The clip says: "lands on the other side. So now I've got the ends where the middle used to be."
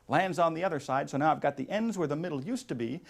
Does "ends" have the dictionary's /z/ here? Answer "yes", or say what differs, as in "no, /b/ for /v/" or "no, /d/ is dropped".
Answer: yes